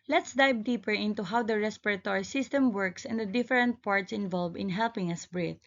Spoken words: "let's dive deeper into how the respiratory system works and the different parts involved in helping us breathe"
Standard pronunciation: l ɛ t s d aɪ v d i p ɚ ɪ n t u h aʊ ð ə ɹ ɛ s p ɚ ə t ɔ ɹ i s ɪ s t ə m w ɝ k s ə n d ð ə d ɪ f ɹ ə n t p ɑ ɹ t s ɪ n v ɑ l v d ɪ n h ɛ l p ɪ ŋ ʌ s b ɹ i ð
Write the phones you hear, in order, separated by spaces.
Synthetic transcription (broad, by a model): l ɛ t s d aɪ b d i p ɚ ɪ n t u h aʊ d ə ɹ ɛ s p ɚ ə t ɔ ɹ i s ɪ s t ə m w ɝ k s ə n d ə d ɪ f ɹ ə n t p ɑ ɹ t s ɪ n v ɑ l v ɪ n h ɛ l p ɪ ŋ ʌ s b ɹ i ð